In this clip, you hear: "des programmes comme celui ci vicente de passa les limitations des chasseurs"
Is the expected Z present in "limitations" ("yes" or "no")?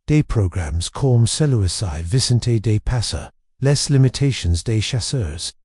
yes